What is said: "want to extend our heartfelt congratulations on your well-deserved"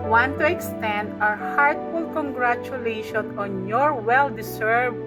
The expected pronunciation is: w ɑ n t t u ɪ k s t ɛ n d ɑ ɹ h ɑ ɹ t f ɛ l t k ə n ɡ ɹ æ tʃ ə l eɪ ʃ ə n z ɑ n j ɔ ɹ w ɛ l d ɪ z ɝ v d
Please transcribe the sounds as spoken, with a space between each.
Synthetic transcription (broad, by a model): w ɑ n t t u ɪ k s t ɛ n d ɑ ɹ h ɑ ɹ t f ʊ l k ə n ɡ ɹ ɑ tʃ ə l eɪ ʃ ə n ɑ n j ɔ ɹ w ɛ l d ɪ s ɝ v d